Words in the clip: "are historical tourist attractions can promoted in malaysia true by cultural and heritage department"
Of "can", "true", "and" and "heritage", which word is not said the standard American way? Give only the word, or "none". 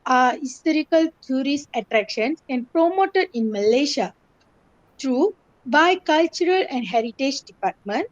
none